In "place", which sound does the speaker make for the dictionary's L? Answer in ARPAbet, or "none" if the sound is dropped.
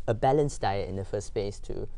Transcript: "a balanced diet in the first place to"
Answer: none